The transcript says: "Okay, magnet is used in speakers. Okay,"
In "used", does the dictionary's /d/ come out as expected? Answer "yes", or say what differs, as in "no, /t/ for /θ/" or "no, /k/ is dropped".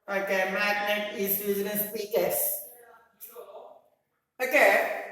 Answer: no, /d/ is dropped